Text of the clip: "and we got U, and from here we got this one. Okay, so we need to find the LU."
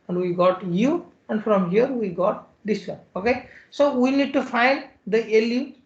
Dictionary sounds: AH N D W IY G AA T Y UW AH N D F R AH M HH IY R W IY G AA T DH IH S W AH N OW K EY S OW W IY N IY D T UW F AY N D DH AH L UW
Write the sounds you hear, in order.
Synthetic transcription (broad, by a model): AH N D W IY G AA T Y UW AH N D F R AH M HH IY R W IY G AA T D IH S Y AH OW K EY S OW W IY N IY D T UW F AY N D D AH L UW